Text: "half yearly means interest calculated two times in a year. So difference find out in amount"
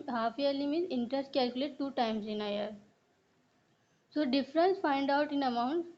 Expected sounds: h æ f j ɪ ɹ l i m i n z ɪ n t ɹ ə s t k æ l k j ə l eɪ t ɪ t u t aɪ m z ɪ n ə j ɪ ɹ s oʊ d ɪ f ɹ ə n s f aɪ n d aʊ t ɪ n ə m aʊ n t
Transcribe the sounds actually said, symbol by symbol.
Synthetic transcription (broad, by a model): h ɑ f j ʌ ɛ l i m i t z ɪ n t ɹ ə s t k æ l k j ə l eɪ t t u t aɪ m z ɪ n ə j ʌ ɹ s oʊ d ɪ f ɹ ə n s f aɪ n d aʊ t ɪ n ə m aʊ n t